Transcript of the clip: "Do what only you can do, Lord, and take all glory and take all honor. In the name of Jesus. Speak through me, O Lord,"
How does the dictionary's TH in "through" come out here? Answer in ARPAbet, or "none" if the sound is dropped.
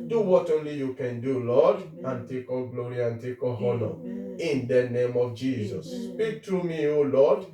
T